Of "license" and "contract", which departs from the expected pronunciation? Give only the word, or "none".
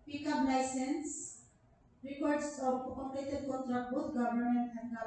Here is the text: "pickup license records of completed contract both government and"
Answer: contract